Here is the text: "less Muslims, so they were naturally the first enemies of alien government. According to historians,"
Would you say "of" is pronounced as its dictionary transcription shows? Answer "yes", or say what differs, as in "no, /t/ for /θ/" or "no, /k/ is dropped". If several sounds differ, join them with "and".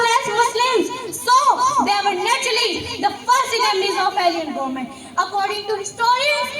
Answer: no, /p/ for /v/